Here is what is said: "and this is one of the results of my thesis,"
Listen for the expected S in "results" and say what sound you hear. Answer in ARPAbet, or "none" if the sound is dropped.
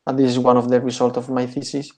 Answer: none